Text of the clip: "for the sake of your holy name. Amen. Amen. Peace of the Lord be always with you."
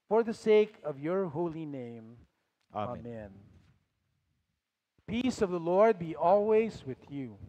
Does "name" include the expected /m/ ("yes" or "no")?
no